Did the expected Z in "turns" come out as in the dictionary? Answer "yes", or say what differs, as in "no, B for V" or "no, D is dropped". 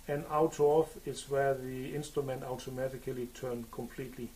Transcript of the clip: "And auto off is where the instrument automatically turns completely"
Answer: no, Z is dropped